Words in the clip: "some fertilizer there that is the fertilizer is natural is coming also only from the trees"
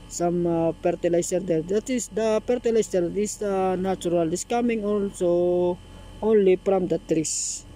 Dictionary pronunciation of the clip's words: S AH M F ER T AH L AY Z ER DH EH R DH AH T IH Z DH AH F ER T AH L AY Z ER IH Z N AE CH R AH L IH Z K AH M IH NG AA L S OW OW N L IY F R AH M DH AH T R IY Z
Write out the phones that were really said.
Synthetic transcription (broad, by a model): S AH M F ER T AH L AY S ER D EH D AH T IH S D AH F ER T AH L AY S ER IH S N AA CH R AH L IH S K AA M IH NG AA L S OW OW N L IY P R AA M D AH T R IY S